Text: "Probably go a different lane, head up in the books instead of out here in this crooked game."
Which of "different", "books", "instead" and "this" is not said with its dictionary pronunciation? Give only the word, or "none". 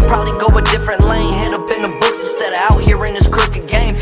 instead